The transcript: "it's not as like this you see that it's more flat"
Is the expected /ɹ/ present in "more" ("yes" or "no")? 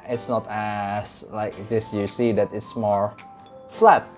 yes